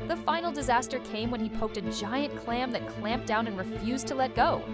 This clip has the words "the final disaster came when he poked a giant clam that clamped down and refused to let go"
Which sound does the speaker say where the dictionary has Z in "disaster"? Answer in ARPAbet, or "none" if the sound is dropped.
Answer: Z